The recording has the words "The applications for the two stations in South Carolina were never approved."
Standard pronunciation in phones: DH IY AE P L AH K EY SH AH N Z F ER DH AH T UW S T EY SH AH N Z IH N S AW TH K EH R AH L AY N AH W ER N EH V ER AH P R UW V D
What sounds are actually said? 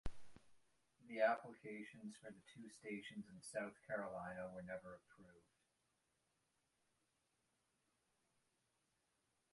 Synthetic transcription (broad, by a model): DH IY AE P L AH K EY SH AH N Z F ER DH AH T UW S T EY SH AH N Z IH N S AW TH K EH R AH L AY N AH W ER N EH V ER AH P R UW V D